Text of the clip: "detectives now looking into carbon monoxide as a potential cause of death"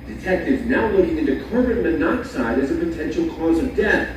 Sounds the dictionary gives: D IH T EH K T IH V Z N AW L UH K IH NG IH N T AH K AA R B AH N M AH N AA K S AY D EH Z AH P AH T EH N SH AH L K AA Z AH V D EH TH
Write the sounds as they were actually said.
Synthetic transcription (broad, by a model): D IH T EH K T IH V N AW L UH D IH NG IH N T AH K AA R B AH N M AH N AA K S AY D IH Z AH P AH T EH N SH L K AA Z AH V D EH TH